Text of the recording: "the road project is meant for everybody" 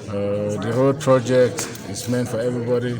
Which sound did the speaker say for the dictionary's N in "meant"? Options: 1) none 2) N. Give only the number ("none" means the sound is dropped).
2